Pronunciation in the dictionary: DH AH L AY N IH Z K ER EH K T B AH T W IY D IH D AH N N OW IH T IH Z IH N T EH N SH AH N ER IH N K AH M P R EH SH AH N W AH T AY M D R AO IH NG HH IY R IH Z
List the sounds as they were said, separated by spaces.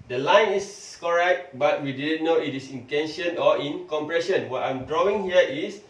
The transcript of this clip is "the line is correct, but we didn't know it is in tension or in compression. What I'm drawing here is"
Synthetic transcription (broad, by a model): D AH L AY N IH S K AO EH K T B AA T W IY D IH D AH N N OW IH T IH S IH N T EH N SH AH N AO IH N K AH M P R EH SH AH N W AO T AY M D R AO IH NG HH IY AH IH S